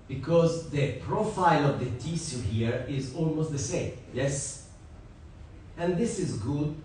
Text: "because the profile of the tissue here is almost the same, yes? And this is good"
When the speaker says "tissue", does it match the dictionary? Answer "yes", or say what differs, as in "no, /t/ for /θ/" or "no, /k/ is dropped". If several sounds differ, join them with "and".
no, /s/ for /ʃ/